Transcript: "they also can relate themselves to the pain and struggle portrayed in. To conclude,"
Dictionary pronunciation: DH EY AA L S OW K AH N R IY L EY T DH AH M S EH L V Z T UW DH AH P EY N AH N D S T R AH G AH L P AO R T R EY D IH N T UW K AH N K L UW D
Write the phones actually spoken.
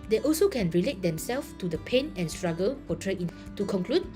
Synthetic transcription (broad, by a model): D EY AA L S OW K AH N R IY L EY T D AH M S EH L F T UW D AH P EY N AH N S T R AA G AH L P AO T R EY IH N T UW K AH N K L UW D